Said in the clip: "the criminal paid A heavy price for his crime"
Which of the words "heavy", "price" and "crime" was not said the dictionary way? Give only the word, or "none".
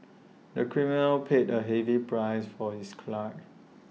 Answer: crime